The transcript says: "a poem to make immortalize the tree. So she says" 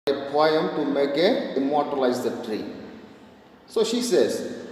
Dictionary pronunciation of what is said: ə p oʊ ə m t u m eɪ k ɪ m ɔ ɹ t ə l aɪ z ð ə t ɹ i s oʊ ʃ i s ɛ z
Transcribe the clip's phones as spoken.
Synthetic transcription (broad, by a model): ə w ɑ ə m t u m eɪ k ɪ m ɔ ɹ t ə l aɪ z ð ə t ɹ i s oʊ ʃ i s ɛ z